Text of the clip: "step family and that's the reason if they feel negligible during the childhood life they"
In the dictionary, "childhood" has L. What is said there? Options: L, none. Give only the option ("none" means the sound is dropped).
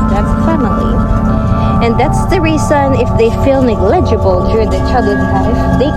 none